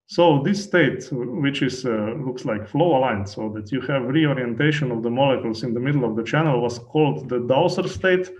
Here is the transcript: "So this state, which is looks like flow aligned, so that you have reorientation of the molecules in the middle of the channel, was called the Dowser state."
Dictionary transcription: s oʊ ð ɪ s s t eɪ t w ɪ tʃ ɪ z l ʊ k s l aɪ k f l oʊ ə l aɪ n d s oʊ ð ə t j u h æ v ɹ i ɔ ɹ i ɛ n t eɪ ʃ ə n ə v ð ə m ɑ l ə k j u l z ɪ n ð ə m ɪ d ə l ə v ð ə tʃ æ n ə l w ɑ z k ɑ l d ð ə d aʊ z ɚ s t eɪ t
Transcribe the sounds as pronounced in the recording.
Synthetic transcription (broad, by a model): s oʊ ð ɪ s s t eɪ t w ɪ tʃ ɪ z l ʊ k s l aɪ k f l oʊ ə l aɪ n s oʊ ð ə t j u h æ v ɹ i ɔ ɹ i ɛ n t eɪ ʃ ə n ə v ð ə m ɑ l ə k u l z ɪ n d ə m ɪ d l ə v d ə tʃ æ n ə l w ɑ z k ɑ l d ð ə d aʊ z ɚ s t eɪ t